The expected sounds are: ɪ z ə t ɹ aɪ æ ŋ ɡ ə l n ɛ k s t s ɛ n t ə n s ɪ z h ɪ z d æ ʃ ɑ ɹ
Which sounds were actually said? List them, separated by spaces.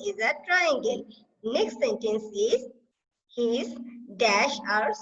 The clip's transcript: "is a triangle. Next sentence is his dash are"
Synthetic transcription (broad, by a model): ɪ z ə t ɹ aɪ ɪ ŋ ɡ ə n n ɛ k s t s ɛ n t ə n s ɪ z h ɪ z d æ ʃ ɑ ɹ